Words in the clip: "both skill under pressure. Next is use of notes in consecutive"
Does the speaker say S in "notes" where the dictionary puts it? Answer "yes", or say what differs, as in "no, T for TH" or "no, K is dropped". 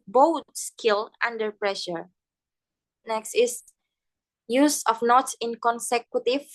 no, S is dropped